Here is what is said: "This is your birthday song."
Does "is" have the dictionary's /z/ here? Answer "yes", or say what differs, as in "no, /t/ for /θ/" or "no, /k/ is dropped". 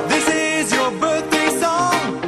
yes